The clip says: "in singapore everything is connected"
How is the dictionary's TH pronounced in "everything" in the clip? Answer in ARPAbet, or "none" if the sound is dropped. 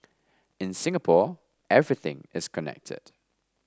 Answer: TH